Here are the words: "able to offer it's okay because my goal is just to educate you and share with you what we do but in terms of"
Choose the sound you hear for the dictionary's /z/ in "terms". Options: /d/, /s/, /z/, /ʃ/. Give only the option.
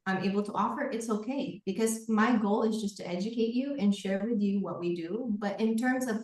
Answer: /z/